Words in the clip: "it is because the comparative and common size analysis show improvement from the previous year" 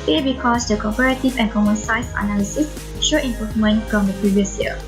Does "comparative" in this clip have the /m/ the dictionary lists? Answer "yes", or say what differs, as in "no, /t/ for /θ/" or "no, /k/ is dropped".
no, /m/ is dropped